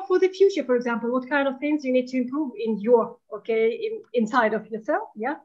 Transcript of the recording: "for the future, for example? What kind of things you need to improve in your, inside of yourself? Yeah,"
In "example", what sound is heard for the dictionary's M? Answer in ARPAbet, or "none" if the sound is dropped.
M